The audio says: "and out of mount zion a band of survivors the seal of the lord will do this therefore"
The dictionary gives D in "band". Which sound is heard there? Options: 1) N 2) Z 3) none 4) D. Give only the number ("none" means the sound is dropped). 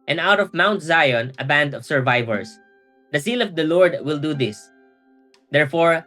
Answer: 4